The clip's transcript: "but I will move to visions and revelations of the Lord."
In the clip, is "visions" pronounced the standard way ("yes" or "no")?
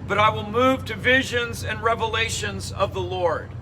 yes